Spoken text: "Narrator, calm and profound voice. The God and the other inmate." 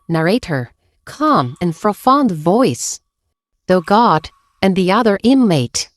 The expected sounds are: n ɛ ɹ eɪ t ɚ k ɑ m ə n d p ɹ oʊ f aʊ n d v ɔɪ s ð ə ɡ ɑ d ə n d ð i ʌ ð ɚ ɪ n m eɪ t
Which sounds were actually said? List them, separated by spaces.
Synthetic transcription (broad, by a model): n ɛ ɹ eɪ t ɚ k ɑ m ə n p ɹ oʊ f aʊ n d v ɔɪ s ð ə ɡ ɑ d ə n ð i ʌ ð ɚ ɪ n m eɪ t